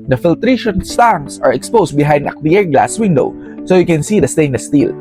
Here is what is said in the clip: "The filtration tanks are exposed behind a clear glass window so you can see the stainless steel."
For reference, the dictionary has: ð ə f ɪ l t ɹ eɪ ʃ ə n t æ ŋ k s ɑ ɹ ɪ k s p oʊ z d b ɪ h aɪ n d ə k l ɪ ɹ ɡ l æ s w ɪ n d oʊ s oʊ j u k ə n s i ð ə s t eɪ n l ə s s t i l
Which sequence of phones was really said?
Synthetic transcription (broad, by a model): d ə f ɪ l t ɹ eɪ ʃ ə n t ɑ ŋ s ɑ ɹ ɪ k s p oʊ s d b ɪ h aɪ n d ə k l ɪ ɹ ɡ l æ s w ɪ n d oʊ s oʊ j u k ə n s i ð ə s t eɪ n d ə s s t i l